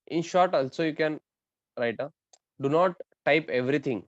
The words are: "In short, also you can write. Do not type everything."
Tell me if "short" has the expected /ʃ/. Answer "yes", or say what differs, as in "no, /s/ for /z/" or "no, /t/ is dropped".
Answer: yes